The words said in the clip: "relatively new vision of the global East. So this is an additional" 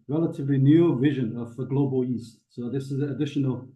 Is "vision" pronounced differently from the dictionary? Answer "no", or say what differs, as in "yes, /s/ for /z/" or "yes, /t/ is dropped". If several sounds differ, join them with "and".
no